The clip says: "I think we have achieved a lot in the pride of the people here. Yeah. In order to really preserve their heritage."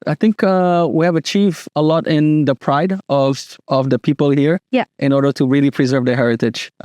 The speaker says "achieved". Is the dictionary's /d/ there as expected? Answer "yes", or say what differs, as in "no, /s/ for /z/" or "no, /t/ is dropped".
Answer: no, /d/ is dropped